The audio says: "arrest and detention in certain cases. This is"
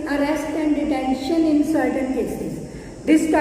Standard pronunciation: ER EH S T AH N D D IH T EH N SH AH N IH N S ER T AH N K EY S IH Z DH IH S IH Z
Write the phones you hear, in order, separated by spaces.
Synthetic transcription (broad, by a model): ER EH S T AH N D D IH T EH N SH AH N IH N S ER T AH N K EY S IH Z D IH S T